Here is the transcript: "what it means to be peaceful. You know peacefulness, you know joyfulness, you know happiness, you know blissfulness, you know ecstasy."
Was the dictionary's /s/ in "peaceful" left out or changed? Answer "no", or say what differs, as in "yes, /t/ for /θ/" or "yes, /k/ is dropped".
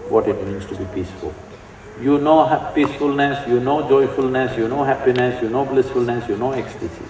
no